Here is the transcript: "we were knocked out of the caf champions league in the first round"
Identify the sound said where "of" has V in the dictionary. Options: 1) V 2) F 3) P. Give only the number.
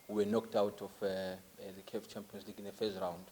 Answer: 2